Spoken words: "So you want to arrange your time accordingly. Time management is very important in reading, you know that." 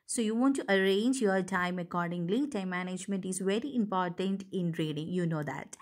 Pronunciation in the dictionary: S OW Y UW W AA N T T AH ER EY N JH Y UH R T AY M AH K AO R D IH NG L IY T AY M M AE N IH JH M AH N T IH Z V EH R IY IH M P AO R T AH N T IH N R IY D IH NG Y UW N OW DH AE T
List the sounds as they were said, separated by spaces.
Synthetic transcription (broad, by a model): S OW Y UW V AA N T T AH ER EY N JH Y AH R T AY M AH K AO R D IH NG L IY T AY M M AE N IH JH M AH N T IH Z V EH R IY IH M P AO R T AH N T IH N R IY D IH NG Y UW N OW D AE T